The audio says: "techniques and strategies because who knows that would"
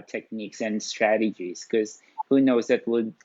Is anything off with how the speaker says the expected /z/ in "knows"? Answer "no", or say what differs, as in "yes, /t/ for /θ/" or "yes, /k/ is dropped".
no